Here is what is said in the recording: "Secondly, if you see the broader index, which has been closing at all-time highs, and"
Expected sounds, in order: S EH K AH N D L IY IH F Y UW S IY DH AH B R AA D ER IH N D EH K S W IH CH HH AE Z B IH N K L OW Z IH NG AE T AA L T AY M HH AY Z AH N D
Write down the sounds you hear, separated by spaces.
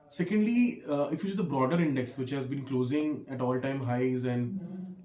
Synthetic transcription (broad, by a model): S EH K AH N D L IY IH F Y UW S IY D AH B R AA D ER IH N D EH K S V IH CH HH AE Z B IH N K L OW Z IH NG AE T AA L T AY M HH AY Z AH N D